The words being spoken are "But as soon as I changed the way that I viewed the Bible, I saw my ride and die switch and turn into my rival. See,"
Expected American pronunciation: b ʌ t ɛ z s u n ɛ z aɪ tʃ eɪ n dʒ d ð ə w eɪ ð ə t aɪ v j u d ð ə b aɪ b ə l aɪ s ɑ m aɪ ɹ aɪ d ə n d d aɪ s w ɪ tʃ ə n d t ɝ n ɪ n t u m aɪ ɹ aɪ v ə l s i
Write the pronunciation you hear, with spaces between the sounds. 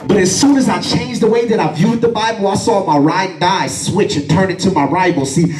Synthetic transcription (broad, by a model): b ʌ t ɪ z s u n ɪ z aɪ tʃ eɪ n dʒ ð ə w eɪ ð ə t aɪ v j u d ð ə b aɪ b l aɪ s ɑ m aɪ ɹ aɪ ə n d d aɪ s w ɪ tʃ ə n t ɝ n ɪ n t u m aɪ ɹ aɪ b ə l s i